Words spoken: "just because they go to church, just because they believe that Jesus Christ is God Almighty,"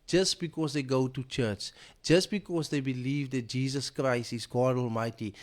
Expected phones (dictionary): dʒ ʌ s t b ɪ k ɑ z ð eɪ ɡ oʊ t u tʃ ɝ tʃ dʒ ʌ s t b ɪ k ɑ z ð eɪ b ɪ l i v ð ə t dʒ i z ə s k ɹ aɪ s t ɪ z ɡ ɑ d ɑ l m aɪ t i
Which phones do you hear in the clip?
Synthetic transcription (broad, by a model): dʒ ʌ s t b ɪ k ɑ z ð eɪ ɡ oʊ t u tʃ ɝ tʃ dʒ ʌ s t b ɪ k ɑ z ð eɪ b ɪ l i v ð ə t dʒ i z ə s k ɹ aɪ s t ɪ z ɡ ɑ d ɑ l m aɪ t i